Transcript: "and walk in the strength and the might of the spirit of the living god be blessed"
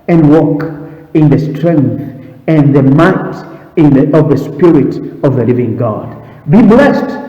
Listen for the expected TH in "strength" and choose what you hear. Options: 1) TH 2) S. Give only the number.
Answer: 1